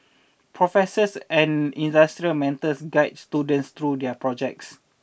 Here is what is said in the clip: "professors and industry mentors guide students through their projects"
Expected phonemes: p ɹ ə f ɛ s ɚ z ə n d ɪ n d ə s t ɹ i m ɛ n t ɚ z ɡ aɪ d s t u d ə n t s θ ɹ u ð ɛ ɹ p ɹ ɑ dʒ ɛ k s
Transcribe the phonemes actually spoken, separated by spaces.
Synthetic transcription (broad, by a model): p ɹ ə f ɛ s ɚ s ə n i n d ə s t ɹ i m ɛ n t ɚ s ɡ aɪ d s t u d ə n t s t ɹ u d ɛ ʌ p ɹ ɑ dʒ ɛ k s